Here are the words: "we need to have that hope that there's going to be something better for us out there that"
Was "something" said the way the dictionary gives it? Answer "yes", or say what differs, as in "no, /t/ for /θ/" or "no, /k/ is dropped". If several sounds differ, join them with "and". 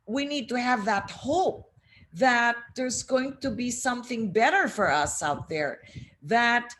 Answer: yes